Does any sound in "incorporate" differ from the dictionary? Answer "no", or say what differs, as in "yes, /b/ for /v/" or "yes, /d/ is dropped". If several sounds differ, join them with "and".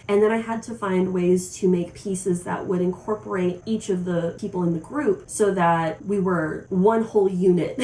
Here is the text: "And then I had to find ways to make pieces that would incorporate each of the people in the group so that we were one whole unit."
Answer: no